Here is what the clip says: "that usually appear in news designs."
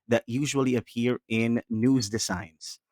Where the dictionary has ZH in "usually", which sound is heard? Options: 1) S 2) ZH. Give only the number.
2